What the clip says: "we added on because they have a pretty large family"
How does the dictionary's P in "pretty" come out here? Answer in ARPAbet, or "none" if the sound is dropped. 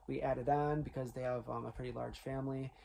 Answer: P